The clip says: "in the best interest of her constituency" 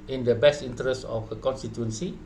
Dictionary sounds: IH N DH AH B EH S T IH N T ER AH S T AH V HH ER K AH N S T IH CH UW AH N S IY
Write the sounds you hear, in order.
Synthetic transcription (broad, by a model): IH N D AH B EH S T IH N T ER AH S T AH F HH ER K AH N S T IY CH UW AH N S IY